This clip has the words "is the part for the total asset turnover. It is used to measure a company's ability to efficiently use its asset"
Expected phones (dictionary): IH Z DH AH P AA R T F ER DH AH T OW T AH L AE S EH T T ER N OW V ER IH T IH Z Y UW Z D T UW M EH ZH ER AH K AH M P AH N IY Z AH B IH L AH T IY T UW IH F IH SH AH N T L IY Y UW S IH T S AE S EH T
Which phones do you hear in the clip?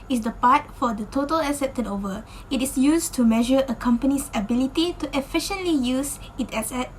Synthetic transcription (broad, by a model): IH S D AH P AA T F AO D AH T OW T AH L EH S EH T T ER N OW V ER IH T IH S Y UW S T UW M EH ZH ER AH K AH M P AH N IY S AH B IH L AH T IY T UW IH F IH SH AH N T L IY Y UW S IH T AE S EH T